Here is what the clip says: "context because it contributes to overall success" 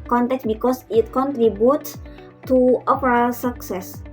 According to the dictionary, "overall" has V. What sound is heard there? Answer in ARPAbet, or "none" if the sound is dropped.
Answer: P